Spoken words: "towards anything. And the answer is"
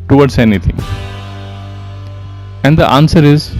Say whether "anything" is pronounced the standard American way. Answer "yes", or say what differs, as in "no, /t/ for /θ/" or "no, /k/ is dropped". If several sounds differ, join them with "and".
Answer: no, /t/ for /θ/